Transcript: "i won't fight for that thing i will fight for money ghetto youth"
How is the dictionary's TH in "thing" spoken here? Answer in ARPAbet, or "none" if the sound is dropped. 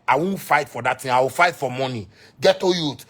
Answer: T